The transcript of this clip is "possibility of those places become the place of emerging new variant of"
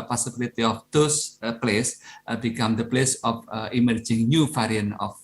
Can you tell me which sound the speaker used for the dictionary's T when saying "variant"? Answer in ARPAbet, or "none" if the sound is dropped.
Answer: none